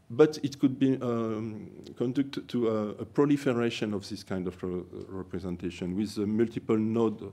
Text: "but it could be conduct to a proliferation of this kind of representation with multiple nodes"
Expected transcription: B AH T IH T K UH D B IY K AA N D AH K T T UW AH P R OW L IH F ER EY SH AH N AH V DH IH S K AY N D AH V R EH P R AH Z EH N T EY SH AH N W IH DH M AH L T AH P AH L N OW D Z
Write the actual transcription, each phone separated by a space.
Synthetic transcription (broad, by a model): B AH T IH T K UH D B IY K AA N D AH K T T UW AH P R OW L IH F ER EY SH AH N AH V DH IH S K AY N D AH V R EH P R AH Z EH N T EY SH AH N W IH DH M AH L T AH P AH L N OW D